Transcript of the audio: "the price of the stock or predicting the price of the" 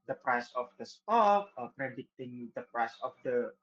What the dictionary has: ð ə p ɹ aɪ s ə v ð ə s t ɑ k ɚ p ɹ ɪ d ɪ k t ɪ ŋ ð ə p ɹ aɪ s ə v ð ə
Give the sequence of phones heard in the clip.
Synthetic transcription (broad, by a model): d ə p ɹ aɪ s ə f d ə s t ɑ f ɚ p ɹ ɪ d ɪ t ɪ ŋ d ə p ɹ aɪ s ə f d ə